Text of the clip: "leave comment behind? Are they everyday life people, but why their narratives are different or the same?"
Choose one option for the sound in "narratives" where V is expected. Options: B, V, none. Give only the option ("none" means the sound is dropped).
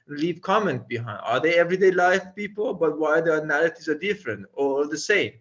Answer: none